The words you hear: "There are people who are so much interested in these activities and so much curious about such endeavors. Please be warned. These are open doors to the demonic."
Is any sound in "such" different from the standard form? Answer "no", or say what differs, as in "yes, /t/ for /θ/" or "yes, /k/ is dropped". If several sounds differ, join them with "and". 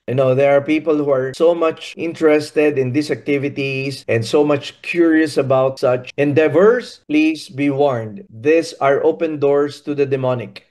no